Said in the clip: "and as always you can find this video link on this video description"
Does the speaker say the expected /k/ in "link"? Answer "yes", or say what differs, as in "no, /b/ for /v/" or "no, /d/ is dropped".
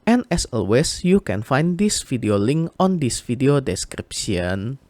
yes